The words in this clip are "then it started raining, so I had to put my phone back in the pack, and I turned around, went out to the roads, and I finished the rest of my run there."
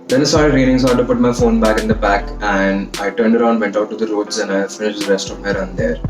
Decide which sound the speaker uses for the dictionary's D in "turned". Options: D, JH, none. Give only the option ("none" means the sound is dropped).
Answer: D